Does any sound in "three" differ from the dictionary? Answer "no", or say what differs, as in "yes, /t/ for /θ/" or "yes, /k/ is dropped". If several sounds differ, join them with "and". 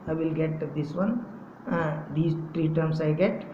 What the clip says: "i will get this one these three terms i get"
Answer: yes, /t/ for /θ/